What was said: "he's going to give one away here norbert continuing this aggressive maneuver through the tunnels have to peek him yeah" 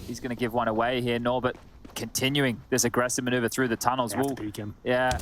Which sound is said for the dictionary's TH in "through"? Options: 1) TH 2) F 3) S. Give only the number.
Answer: 1